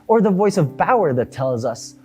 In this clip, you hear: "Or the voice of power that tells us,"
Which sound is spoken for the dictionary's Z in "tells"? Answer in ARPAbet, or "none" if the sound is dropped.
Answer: Z